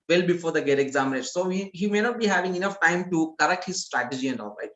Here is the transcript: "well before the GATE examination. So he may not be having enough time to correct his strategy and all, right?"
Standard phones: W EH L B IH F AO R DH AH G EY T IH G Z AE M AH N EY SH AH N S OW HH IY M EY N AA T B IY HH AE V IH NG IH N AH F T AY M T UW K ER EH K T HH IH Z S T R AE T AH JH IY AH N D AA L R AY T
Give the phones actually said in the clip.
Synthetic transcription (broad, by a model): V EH L B IH F AO R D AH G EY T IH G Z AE M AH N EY S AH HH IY HH IY M EY N AA T B IY HH AE V IH NG IH N AH F T AY M T UW K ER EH K T HH IH Z S T R AE T AH JH IY AH N D AA L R AY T